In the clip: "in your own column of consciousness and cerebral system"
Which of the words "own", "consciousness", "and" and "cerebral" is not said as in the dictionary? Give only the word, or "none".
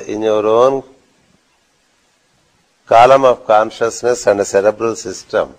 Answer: none